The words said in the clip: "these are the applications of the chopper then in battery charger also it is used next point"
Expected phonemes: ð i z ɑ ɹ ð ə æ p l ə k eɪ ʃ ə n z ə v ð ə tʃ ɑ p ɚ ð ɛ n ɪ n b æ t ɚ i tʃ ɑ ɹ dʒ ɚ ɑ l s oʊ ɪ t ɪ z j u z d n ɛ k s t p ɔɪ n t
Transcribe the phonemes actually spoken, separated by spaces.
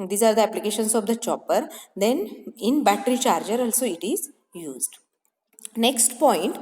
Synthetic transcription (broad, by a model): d i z ɑ ɹ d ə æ p l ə k eɪ ʃ ə n s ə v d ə tʃ ɑ p ɚ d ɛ n ɪ n b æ t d i tʃ ɑ ɹ dʒ ɚ ɑ l s oʊ ɪ t ɪ z j u z d n ɛ k s t p ɔɪ n t